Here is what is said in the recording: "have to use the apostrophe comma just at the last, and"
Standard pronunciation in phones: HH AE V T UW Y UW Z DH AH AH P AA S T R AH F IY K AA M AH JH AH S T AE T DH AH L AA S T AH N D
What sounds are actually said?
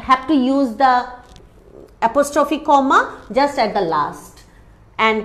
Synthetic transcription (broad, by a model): HH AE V T UW Y UW Z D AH AH P AA S T R AH F IY K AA M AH JH AH S T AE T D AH L AA S T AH N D